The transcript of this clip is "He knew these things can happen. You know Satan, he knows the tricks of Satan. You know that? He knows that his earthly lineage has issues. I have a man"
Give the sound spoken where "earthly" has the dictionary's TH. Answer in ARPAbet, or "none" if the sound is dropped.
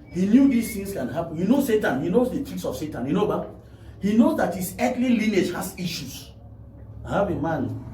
T